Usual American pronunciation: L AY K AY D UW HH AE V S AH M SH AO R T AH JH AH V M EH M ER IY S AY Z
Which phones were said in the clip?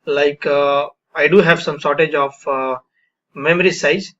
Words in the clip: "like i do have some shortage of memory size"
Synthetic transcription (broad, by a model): L AY K AY D UW HH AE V S AH M S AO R T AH JH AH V M EH M ER IY S AY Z